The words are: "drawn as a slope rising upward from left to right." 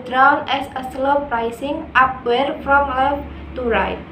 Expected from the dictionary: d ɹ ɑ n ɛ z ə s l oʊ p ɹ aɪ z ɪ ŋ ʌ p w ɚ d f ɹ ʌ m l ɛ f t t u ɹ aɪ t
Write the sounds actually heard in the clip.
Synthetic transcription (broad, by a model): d ɹ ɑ n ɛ s ə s l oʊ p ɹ aɪ s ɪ ŋ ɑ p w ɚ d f ɹ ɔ m l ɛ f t t u ɹ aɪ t